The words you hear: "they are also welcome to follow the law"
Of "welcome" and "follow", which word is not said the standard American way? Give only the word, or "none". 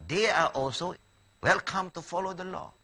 none